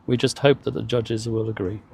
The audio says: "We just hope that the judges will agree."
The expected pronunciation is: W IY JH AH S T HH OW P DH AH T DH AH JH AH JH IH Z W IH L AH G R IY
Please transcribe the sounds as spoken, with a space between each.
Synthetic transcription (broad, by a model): W IY JH AH S T HH OW P DH AH T DH AH JH AH JH IH Z W IH L AH G R IY